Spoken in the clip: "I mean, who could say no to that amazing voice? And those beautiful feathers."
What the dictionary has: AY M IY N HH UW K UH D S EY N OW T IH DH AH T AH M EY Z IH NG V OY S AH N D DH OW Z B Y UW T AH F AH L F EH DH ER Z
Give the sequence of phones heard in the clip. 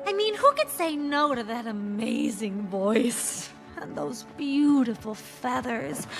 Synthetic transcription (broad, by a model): AY M IY N HH UW K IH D S EY N OW T IH DH AH T AH M EY Z IH NG V OY S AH N DH OW Z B Y UW T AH F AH L F EH DH ER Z